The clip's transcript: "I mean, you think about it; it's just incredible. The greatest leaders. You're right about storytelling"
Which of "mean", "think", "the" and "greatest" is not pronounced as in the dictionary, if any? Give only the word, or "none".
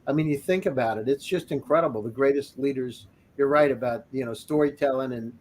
none